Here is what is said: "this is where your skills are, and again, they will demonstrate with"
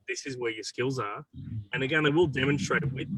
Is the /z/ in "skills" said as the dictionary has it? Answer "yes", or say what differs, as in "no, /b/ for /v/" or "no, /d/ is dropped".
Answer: yes